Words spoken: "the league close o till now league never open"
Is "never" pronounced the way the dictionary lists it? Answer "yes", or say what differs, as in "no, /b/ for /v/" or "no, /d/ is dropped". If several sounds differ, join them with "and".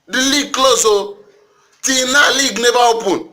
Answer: no, /b/ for /v/